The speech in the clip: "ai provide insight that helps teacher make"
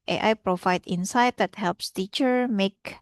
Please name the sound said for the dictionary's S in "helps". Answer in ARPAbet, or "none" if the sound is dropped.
S